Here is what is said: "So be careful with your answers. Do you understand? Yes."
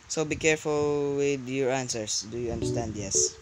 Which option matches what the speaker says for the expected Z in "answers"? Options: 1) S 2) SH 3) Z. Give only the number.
1